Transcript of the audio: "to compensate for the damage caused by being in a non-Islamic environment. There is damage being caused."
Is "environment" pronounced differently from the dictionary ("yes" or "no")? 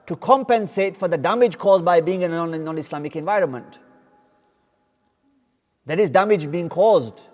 no